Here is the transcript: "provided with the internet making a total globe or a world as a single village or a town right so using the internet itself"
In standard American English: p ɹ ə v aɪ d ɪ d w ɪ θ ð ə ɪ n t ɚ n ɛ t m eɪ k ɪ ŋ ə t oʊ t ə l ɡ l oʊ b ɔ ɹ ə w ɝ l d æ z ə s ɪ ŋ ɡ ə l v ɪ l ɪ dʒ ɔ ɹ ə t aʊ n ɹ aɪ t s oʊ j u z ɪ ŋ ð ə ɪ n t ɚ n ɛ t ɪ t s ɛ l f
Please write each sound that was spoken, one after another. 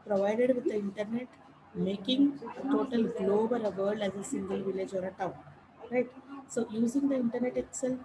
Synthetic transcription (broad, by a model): p ɹ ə v aɪ d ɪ d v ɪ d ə ɪ n t ɚ n ɛ t m eɪ k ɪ ŋ ə t oʊ t ə l ɡ l oʊ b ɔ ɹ ə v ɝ d æ z ə s ɪ ŋ ɡ ə l v ɪ l ɪ dʒ ɔ ɹ ə t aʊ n ɹ aɪ t s oʊ j u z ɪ ŋ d ə ɪ n t ɚ n ɛ t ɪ t s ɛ l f